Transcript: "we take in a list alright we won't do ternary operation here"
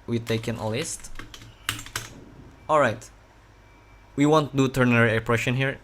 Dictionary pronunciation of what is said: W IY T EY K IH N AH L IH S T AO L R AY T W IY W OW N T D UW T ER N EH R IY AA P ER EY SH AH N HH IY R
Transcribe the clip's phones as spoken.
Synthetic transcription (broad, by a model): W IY T EY K IH N AH L IH S T AO L R AY T W IY W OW N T D UW T ER N EH R IY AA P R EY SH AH N HH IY R